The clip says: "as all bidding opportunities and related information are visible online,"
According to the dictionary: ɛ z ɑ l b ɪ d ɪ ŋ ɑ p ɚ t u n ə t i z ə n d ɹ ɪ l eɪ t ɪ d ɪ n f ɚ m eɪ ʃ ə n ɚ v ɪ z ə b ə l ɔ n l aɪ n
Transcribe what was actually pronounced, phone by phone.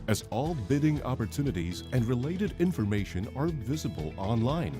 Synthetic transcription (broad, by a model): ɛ z ɑ l b ɪ d ɪ ŋ ɑ p ɚ t u n ə t i z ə n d ɹ ɪ l eɪ t ɪ d ɪ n f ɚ m eɪ ʃ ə n ɚ v ɪ z ə b ə l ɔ n l aɪ n